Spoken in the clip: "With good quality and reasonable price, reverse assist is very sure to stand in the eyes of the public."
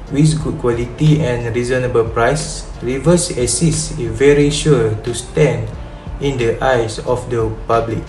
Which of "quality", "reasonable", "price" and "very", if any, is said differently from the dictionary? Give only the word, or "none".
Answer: none